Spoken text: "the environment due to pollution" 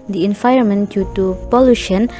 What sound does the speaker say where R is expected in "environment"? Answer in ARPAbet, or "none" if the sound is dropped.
none